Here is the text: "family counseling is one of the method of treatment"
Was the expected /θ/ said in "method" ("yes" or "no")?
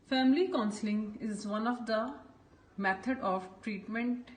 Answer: no